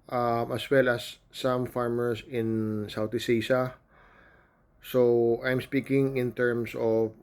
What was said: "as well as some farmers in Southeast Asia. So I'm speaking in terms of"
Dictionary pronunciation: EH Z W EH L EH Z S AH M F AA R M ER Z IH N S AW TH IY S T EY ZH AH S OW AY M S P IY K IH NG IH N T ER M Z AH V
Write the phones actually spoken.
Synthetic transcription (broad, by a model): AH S W EH L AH S AH M F AA R M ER S IH N S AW T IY S EY S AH S OW AY M S P IY K IH NG IH N T ER M S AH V